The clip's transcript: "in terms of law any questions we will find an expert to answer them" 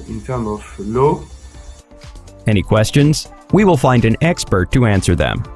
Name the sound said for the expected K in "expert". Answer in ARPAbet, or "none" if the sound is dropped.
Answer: K